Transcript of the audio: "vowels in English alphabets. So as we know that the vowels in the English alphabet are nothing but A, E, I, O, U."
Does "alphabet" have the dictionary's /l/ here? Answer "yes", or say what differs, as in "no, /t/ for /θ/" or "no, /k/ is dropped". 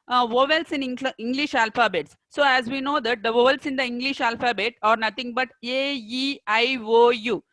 yes